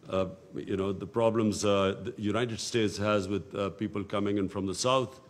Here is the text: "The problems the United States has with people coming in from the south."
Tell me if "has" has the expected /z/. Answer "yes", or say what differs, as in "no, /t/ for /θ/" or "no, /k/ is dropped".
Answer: yes